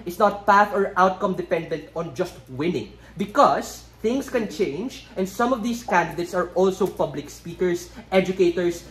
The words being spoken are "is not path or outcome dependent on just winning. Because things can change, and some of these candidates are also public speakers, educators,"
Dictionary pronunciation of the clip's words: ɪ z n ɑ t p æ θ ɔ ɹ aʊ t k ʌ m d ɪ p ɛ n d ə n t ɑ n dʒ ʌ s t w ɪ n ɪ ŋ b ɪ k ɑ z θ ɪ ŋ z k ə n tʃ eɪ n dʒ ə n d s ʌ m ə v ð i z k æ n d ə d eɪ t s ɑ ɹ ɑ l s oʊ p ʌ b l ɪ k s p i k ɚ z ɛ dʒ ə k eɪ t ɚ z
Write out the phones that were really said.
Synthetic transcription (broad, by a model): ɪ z n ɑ t p æ θ ɔ ɹ aʊ t k ʌ m d ɪ p ɛ n d ə n t ɑ n dʒ ʌ s t w ɪ n ɪ ŋ b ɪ k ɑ s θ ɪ ŋ s k ə n tʃ eɪ n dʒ ə n d s ʌ m ə v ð i s k æ n d ə d eɪ t s ɑ ɹ ɑ l s oʊ p ʌ b l ɪ k s p i k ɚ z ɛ dʒ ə k eɪ t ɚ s